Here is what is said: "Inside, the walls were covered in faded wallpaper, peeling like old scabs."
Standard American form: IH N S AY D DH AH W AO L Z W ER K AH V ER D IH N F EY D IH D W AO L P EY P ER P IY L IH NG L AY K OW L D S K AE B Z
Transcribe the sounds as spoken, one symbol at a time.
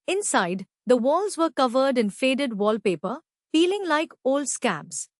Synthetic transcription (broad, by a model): IH N S AY D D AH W AO L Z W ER K AH V ER D IH N F EY D IH D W AO L P EY P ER F IY L IH NG L AY K OW L D S K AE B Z